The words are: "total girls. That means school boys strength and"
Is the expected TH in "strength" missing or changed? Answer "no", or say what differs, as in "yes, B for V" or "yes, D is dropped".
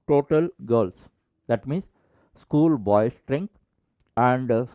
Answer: yes, T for TH